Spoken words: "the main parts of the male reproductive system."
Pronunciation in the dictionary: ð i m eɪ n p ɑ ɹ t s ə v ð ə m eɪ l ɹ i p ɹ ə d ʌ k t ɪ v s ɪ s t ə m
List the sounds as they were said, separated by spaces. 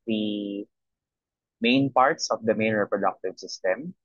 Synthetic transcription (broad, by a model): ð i m eɪ n p ɑ ɹ t s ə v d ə m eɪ n ɹ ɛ p ɹ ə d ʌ k t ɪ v s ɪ s t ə m